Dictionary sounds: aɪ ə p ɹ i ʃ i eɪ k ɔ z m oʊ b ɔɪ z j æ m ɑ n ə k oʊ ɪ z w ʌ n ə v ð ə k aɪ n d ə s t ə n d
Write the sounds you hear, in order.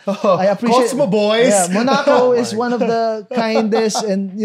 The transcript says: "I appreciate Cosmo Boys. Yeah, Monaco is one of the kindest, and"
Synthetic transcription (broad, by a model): aɪ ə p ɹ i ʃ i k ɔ s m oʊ b ɔɪ j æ m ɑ n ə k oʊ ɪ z w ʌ n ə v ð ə k aɪ n d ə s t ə n